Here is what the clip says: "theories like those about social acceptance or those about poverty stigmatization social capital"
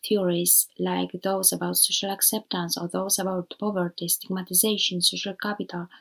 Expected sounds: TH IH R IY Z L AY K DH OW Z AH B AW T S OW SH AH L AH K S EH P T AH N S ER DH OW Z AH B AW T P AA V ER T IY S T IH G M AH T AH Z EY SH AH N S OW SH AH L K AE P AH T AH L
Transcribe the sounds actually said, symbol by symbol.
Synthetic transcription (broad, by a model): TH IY R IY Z L AY K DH OW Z AH B AW T S OW SH AH L AH K S EH P T AH N S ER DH OW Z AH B AW T P AA V ER T IY S T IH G M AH T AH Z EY SH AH N S OW SH AH L K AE P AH T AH L